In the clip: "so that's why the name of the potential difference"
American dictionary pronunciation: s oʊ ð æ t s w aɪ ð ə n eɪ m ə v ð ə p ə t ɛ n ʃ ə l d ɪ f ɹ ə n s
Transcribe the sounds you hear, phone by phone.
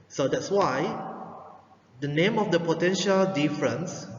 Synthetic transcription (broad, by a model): s oʊ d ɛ t s w aɪ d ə n eɪ m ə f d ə p ə t ɛ n ʃ ə l d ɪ f ɹ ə n s